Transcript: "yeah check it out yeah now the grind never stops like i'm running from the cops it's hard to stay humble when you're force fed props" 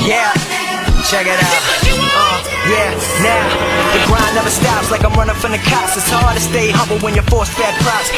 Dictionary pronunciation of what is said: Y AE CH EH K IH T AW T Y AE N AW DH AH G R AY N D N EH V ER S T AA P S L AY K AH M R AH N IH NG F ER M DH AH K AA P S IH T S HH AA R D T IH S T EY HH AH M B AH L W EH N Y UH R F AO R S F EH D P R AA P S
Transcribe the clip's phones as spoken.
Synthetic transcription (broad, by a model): Y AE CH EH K IH T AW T Y AE N AW DH AH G R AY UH N EH V ER S T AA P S L AY K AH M R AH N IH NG F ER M DH AH K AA S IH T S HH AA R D T IH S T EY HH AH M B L W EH N Y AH R F AO R S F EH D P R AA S